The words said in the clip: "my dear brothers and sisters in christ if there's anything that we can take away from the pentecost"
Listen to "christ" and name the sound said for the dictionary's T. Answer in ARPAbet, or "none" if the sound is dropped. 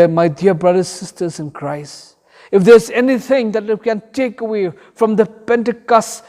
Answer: none